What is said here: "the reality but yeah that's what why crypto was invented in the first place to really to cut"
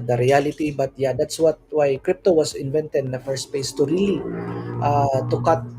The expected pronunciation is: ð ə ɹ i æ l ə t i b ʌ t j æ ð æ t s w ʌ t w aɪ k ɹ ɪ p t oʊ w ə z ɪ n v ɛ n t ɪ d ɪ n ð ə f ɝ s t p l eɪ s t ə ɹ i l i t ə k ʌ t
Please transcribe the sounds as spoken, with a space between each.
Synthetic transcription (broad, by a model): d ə ɹ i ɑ l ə t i b ʌ t j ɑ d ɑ t s w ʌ t w aɪ k ɹ ɪ p t oʊ w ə s ɪ n v ɛ n t ɪ d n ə f ɝ s t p eɪ s t ə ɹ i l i t ə k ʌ t